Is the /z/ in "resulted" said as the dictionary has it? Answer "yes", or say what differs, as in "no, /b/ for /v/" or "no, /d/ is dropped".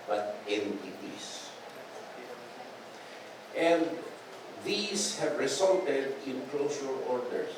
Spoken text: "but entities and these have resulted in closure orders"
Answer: no, /s/ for /z/